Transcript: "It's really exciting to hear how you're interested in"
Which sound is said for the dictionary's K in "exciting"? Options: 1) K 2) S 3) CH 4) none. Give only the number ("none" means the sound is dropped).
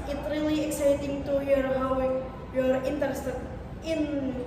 1